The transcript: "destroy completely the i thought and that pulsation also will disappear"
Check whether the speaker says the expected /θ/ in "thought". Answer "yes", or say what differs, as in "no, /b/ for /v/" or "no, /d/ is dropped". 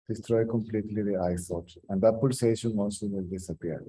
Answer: no, /s/ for /θ/